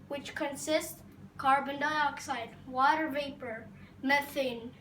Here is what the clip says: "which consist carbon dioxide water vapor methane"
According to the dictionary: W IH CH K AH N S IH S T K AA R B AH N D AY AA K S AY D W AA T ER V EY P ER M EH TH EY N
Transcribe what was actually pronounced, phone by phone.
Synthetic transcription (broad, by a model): W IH CH K AH N S IH S T K AA R B AH N D AY AA K S AY D W AA T ER V EY P ER M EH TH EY N